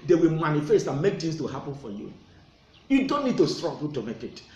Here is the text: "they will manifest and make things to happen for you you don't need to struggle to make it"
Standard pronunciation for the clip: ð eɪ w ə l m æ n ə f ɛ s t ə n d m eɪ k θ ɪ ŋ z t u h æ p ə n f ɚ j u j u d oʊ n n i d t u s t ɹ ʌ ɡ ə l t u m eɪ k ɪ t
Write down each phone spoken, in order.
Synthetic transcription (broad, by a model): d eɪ w ə l m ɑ n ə f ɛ s t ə n m eɪ k t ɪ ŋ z t u h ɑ p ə n f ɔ j u j u d oʊ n n i d t u s t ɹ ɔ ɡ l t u m eɪ k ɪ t